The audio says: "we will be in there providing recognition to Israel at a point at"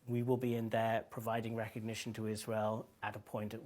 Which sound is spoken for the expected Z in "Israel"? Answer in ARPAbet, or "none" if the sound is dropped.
Z